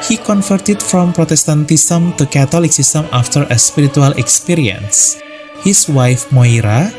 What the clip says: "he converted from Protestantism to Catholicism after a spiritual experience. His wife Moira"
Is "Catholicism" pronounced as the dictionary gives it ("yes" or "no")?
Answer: no